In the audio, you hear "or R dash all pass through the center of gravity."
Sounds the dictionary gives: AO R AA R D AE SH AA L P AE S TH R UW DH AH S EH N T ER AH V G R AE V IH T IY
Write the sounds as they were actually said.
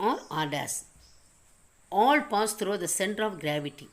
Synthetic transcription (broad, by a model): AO R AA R D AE S AA L P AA S T R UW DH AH S EH N T ER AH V G R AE V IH T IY